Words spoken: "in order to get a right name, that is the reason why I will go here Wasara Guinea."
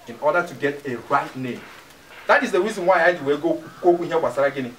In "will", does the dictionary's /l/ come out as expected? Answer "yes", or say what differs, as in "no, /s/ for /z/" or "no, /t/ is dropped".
no, /w/ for /l/